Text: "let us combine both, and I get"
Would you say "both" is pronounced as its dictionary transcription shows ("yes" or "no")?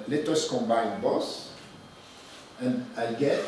no